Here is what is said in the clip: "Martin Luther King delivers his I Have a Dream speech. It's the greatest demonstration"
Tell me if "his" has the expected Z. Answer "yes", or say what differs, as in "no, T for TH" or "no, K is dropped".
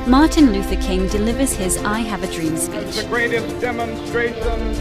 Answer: yes